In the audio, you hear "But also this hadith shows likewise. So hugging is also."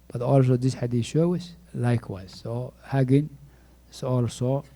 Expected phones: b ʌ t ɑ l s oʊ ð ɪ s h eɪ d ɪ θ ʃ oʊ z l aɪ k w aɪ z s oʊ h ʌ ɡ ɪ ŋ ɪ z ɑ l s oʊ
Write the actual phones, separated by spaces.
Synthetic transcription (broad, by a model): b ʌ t ɑ l s oʊ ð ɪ s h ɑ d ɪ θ ʃ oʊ s l aɪ k w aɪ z s oʊ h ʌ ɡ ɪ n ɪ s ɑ l s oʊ